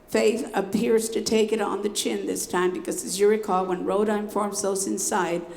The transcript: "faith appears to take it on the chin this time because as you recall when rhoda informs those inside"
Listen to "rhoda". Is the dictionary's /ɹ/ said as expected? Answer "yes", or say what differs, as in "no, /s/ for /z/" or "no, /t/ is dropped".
yes